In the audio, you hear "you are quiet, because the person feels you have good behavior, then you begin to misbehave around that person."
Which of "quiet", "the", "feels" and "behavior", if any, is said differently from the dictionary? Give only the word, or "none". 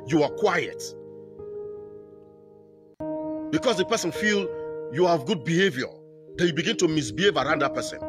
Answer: feels